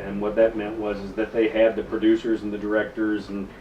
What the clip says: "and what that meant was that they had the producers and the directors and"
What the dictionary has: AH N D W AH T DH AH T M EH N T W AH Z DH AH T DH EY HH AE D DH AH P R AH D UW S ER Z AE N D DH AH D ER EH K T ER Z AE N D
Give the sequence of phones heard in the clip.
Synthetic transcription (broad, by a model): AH N W AH T DH AH T M EH N T W AH Z DH AH T DH EY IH D DH AH P R AH D UW S ER Z N DH AH D ER EH K T ER Z N